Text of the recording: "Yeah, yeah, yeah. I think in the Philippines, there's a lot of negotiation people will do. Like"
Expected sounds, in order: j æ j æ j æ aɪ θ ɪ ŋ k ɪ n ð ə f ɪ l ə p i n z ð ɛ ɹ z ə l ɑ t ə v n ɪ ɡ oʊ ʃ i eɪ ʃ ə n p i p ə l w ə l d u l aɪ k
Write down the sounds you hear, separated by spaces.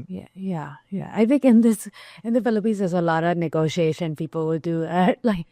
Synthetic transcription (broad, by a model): j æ j æ j æ aɪ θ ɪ ŋ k ɪ n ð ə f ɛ l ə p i z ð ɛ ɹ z ə l ɑ t ə v n ɪ ɡ oʊ ʃ i eɪ ʃ ə n p i p ə l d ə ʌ l aɪ k